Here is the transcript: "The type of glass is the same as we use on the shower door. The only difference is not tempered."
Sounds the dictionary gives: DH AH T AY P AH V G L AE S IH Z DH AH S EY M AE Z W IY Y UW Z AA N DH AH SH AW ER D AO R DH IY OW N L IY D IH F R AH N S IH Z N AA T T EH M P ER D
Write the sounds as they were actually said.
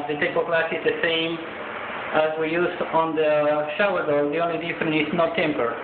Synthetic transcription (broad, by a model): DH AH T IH B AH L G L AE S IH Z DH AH S EY M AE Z W IY Y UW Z AA N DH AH SH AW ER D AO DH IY OW N L IY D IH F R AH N IH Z N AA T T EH M P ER